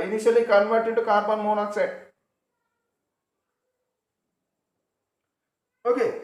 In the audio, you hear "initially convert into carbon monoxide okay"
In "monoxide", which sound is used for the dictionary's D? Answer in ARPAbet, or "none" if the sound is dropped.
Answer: none